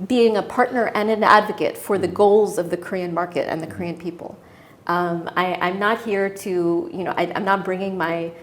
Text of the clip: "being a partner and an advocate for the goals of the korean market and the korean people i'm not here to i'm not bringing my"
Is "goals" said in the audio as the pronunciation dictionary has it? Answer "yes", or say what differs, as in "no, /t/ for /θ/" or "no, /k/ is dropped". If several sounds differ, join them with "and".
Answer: yes